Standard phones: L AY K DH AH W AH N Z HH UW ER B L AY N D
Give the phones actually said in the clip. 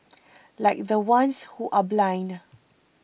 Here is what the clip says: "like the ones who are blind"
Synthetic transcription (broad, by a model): L AY K DH AH W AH N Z HH UW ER B L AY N